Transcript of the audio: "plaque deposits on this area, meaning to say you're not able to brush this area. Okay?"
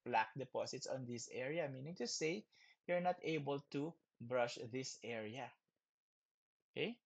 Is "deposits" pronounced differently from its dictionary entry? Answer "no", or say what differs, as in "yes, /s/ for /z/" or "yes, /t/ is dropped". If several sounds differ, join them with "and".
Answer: yes, /s/ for /z/